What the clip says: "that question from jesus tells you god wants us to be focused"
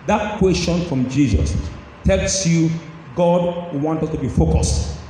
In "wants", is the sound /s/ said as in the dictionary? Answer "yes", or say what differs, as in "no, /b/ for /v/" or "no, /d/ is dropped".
no, /s/ is dropped